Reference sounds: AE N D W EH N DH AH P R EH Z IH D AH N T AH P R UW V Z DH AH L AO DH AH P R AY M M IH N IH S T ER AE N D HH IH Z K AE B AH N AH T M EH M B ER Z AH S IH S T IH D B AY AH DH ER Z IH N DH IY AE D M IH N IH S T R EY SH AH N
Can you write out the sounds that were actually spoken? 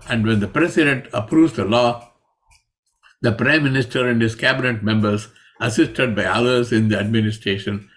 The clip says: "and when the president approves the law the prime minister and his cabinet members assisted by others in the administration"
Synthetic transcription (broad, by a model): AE N D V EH N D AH P R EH S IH D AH N T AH P R UW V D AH L AO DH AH P R AY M M IH N IH S T ER AE N D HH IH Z K AE B AH N AH T M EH M B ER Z AH S IH S T IH D B AY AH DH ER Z IH N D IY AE D M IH N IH S T R EY SH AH N